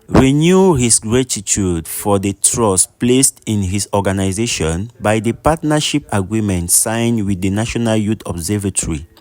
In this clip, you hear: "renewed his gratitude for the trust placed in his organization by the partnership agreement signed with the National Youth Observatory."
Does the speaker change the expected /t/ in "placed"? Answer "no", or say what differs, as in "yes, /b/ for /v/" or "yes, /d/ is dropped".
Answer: no